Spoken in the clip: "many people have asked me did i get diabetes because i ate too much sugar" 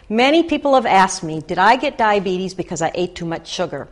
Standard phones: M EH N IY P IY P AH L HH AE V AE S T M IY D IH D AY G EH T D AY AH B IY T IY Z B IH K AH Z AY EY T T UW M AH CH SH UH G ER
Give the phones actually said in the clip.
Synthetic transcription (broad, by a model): M EH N IY P IY P L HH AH V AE S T M IY D IH D AY G EH T D AY AH B IY T IY Z B IH K AH Z AY EY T T UW M AH CH SH UH G ER